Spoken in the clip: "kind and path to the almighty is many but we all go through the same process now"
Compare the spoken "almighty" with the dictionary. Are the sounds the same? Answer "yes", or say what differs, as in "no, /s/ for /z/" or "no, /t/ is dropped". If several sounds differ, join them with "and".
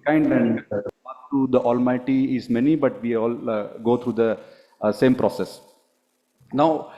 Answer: yes